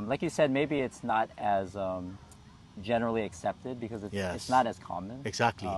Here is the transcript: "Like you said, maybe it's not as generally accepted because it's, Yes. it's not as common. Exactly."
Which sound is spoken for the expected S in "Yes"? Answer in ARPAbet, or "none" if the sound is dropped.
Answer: none